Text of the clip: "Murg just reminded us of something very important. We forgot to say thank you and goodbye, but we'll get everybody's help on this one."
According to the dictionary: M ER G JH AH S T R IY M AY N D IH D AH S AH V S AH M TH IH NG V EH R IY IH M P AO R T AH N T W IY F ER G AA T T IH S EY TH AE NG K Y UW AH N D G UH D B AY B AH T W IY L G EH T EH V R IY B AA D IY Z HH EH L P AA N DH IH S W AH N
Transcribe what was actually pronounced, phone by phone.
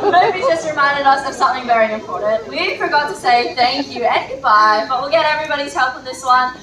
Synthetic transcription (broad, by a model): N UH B JH AH S T R IY M AY N D IH D AH S AH V S AH M TH IH NG V EH R IY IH M P AO R T N T W IY F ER G AA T T IH S EY TH AE NG K Y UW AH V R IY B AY B AH T W IY L G EH T EH V R IY B AA D IY Z HH EH L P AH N DH IH S W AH N